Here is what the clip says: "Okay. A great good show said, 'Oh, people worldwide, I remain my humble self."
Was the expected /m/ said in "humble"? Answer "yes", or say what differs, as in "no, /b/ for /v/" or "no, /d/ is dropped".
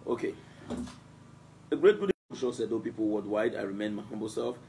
yes